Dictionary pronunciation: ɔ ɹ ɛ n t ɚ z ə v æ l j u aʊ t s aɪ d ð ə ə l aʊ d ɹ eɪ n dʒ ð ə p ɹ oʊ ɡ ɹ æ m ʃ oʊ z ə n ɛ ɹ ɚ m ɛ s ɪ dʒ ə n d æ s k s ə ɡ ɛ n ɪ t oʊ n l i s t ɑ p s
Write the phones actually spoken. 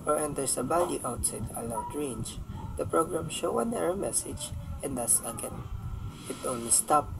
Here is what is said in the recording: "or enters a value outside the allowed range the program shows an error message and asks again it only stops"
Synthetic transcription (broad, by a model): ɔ ɹ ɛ n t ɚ s ə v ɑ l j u aʊ t s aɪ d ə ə l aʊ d ɹ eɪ n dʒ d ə p ɹ oʊ ɡ ɹ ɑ m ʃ oʊ ə n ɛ ɹ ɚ m ɛ s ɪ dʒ ə n d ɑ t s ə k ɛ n ɪ t oʊ n l i s t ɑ p